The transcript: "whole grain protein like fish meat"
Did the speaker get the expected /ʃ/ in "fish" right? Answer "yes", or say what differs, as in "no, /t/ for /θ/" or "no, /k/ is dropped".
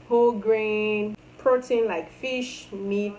yes